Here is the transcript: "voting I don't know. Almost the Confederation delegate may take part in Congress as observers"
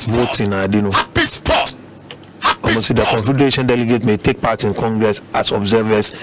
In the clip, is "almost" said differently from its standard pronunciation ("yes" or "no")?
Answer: yes